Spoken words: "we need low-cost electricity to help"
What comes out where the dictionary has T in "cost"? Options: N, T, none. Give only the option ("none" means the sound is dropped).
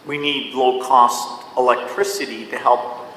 T